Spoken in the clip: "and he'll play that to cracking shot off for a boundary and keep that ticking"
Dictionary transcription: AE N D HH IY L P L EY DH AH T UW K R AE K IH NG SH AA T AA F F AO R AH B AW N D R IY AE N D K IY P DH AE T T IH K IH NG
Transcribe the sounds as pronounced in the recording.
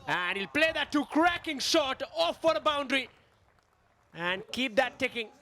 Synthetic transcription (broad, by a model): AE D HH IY L P L EY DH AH T UW K R AE K IH NG SH AA T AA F F AO R AH B AW N D R IY AE N D K IY P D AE T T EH K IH NG